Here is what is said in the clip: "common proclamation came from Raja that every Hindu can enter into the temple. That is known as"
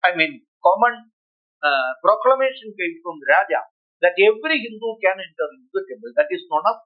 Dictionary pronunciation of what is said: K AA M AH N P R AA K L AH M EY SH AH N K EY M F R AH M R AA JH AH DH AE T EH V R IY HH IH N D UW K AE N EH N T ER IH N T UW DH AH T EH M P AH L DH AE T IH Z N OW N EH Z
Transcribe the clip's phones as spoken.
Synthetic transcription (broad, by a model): K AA M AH N P R AA K L AH M EY SH AH N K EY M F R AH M R AA JH AH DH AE T EH V R IY HH IH N D UW K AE N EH N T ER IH T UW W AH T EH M AH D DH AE T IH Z N OW N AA